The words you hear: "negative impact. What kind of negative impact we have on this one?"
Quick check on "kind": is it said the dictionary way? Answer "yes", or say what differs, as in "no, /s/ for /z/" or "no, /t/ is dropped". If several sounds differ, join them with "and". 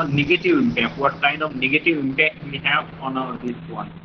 no, /d/ is dropped